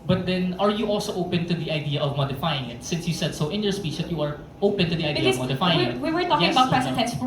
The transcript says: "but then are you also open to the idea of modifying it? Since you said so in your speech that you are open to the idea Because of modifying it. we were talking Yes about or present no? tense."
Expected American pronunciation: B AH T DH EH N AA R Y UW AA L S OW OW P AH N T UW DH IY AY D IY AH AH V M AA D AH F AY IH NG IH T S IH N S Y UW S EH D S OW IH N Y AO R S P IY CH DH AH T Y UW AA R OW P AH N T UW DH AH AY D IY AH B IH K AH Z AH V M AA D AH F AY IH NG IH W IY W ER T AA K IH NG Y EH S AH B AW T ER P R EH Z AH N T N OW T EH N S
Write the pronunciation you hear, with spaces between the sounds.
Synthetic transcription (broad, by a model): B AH T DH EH N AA R Y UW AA L S OW OW P AH N T UW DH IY AY D IY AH AH V M AA D AH F AY IH NG IH T S IH N S Y UW S EH D S OW IH N Y AO R S P IY CH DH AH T Y UW AA R OW P AH N T UW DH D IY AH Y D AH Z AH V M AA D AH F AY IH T W IY W ER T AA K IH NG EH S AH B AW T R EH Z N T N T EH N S